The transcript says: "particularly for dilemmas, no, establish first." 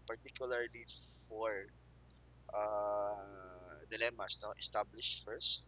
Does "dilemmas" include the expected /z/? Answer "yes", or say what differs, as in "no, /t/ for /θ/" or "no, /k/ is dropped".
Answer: no, /s/ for /z/